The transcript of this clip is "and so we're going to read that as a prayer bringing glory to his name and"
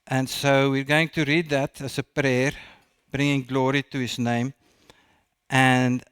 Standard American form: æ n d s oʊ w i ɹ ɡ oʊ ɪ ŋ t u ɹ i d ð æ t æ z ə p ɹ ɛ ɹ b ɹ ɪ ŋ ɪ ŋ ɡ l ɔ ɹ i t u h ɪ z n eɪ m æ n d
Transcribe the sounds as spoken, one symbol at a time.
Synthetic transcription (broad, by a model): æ n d s oʊ w i ɹ ɡ oʊ ɪ ŋ t u ɹ i d ð æ t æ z ə p ɹ ɛ ɹ b ɹ ɪ ŋ ɪ ŋ ɡ l ɔ ɹ i t u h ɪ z n eɪ m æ n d